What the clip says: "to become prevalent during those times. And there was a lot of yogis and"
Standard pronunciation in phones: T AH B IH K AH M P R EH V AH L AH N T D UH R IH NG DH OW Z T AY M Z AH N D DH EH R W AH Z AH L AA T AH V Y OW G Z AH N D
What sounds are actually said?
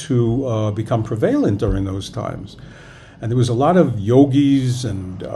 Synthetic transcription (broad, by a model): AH B IH K AH M P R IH V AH L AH N D UH R IH NG DH OW Z T AY M Z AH N DH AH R W AH Z AH L AA T AH V Y OW G Z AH N